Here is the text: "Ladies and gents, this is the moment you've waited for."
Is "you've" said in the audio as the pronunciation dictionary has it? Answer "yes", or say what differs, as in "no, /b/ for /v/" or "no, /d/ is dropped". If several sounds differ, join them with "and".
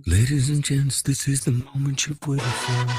no, /p/ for /v/